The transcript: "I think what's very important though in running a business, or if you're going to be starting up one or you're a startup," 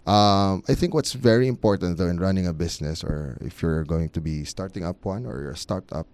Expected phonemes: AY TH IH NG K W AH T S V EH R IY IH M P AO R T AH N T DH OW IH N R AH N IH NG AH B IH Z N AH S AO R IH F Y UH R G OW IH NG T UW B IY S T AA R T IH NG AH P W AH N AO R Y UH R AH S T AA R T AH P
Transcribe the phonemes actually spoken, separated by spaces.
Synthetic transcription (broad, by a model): AY TH IH NG K W AH T S V EH R IY IH M P AO R T AH N T DH OW IH N R AH N IH NG AH B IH S N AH S AO R IH F Y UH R G OW IH NG T UW B IY S T AA R T IH NG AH P W AH N AO R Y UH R AH S T AA R T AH P